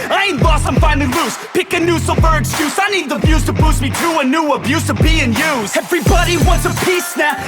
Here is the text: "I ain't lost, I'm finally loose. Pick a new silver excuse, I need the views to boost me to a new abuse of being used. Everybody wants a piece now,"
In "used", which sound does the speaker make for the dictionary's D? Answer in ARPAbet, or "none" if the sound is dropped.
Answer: none